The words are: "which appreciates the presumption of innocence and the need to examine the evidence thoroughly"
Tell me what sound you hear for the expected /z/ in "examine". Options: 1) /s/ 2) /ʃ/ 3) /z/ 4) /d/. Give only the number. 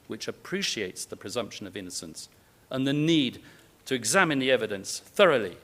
3